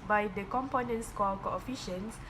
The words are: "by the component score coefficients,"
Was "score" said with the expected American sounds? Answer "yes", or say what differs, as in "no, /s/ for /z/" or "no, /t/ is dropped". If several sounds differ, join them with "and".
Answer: no, /l/ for /ɹ/